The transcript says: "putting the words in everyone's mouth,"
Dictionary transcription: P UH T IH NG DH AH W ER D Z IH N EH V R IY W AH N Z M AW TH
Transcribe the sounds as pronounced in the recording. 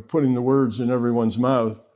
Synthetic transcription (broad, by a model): P UH T IH NG DH AH W ER D Z IH N EH V R IY W AH N Z M AW TH